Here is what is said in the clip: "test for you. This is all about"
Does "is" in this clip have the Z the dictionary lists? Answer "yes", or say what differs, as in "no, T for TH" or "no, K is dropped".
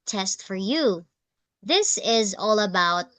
yes